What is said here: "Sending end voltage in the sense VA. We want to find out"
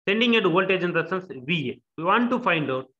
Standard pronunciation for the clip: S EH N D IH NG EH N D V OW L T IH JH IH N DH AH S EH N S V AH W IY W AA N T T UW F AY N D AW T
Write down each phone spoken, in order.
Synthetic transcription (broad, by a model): S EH N D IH NG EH D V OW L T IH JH IH N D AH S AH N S V AH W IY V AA N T T UW F AY N D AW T